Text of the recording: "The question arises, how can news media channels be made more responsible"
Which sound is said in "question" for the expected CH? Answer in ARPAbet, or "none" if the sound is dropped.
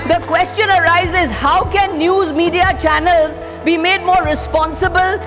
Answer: CH